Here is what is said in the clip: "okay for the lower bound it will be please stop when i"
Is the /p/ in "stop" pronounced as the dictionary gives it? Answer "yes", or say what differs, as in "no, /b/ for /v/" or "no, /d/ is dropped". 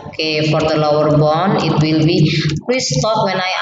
no, /f/ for /p/